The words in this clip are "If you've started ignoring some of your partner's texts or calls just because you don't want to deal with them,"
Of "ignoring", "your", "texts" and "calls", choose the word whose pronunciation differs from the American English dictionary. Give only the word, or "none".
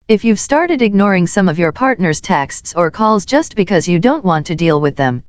none